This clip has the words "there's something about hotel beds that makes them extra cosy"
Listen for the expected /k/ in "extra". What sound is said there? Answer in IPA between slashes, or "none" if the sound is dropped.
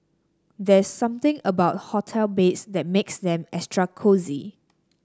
none